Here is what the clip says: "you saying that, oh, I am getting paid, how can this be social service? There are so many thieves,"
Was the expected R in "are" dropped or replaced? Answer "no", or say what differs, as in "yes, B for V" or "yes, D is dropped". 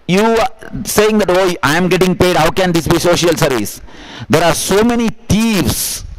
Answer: no